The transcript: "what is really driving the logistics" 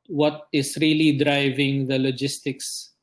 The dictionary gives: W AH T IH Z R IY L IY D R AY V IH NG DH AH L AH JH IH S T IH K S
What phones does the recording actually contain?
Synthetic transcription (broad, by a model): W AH T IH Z R IY L IY D R AY V IH NG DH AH L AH JH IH S T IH K S